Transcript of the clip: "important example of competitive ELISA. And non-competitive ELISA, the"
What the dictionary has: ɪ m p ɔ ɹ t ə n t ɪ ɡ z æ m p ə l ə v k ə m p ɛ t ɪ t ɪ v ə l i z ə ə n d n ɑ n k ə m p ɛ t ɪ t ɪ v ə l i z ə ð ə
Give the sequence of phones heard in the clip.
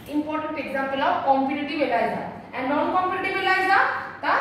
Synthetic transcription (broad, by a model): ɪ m p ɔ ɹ t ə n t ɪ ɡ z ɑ m p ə l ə w k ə m p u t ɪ t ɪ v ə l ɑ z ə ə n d n ɑ n k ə m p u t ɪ t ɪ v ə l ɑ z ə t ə